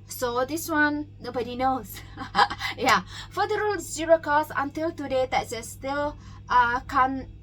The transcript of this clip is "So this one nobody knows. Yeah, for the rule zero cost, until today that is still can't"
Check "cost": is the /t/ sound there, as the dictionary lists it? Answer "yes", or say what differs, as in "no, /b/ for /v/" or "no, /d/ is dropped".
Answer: no, /t/ is dropped